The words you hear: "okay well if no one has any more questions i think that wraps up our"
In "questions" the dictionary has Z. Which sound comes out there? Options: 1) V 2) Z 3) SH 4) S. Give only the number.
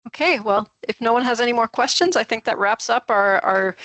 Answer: 2